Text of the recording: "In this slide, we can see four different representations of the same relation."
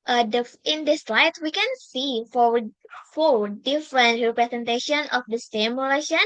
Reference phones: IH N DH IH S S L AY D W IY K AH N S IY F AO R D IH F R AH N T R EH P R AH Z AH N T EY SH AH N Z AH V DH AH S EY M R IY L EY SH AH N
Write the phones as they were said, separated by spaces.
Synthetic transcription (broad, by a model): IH N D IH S S L AY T W IY K AH N S IY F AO L D IH F R AH N T R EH P R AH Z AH N T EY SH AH N AH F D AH S EY M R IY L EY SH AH N